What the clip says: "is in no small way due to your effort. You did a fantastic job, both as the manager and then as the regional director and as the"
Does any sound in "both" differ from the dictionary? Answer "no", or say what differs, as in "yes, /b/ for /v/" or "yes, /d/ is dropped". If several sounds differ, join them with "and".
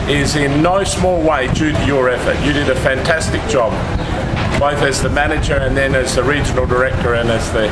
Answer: no